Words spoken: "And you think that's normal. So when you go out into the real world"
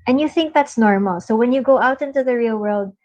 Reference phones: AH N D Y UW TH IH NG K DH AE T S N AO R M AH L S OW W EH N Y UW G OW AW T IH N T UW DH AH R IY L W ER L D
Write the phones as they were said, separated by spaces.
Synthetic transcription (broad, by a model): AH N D Y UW TH IH NG K DH AE T S N AO R M AH L S OW W EH N Y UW G OW AW T IH N T UW DH AH R IY L W ER L D